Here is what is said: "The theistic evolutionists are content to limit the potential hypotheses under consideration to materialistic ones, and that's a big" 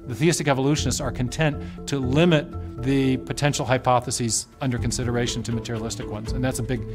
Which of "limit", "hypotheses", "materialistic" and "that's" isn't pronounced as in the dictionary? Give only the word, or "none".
none